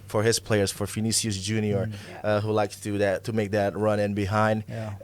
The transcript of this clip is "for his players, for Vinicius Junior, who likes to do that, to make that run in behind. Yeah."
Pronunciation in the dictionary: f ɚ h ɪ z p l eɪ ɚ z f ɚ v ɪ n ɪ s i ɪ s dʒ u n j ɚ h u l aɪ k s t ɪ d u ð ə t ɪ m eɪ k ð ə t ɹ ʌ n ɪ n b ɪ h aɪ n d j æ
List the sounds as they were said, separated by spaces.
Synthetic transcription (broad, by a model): f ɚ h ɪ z p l eɪ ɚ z f ɚ f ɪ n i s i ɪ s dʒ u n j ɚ h u l aɪ k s t ɪ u ð ə t ɪ m eɪ k ð ə t ɹ ʌ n ɪ n b ɪ h aɪ n d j